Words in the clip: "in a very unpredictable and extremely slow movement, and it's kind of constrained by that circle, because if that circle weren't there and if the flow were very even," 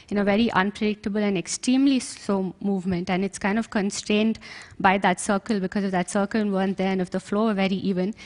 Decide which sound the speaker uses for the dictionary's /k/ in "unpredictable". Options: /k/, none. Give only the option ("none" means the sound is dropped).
/k/